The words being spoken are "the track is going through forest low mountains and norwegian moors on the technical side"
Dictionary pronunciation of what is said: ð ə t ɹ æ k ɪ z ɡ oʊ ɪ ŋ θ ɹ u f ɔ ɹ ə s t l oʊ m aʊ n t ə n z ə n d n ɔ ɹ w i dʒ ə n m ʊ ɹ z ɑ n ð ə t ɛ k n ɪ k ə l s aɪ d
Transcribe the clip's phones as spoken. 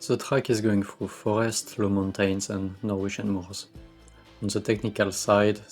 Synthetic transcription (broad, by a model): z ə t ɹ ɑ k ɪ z ɡ oʊ ɪ ŋ f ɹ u f ɔ ɹ ə s t l oʊ m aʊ n t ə n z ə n n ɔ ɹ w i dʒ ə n m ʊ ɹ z ɑ n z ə t ɛ k n ɪ k ə l s aɪ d